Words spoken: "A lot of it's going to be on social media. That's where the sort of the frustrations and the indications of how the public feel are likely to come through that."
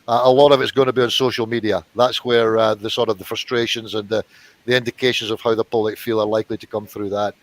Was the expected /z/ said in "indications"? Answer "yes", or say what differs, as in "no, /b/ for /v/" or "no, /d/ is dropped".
yes